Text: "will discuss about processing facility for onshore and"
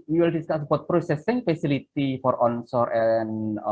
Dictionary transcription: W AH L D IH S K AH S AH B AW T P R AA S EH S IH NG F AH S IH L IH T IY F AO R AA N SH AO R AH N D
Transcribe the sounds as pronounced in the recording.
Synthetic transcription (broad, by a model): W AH L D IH S K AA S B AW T P R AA S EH S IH NG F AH S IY L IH T IY F AO R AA N S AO R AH N